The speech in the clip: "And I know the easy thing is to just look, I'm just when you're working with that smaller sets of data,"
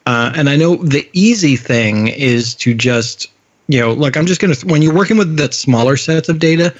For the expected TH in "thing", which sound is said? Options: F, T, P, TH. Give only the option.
TH